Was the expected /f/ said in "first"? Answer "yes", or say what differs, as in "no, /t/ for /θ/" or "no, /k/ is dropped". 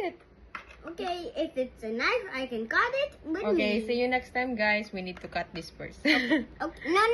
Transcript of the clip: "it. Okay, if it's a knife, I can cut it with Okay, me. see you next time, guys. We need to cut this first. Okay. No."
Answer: no, /p/ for /f/